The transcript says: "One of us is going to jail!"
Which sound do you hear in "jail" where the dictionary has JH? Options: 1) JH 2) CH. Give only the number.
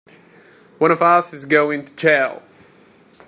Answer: 2